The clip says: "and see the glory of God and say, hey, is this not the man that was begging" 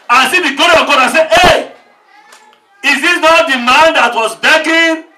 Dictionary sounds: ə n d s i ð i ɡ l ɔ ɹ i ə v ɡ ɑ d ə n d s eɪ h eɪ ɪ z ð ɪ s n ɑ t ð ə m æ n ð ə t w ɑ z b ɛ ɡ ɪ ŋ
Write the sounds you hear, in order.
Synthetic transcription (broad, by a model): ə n s i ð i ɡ ɔ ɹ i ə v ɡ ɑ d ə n s eɪ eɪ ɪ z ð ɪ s n ɑ t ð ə m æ n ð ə t w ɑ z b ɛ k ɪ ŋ